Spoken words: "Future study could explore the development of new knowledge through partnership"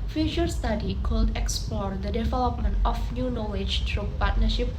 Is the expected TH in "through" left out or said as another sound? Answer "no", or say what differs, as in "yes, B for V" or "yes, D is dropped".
yes, T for TH